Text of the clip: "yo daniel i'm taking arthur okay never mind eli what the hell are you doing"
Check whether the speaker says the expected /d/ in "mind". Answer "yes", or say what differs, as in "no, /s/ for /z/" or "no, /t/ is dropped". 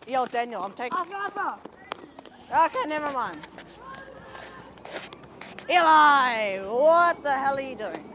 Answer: no, /d/ is dropped